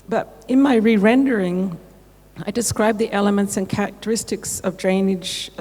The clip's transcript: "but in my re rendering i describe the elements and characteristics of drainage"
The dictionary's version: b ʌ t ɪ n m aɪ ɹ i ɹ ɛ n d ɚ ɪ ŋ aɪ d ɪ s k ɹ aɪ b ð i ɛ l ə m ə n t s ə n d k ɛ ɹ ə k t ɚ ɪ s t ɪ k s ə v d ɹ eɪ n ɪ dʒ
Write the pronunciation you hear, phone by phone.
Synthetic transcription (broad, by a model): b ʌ t ɪ n m aɪ ɹ i ɹ ɛ n d ɚ ɪ ŋ aɪ d ɪ s k ɹ aɪ b ð i ɛ l ə m ə n t s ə n k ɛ ɹ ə k t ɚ ɪ s t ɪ k s ə v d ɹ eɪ n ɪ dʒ